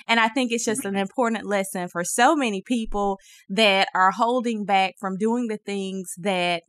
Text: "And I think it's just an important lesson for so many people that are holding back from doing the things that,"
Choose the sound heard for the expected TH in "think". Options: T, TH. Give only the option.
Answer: TH